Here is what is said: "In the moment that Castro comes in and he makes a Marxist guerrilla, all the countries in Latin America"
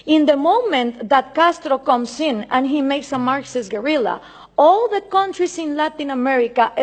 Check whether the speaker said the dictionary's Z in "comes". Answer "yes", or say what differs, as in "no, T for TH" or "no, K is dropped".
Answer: no, S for Z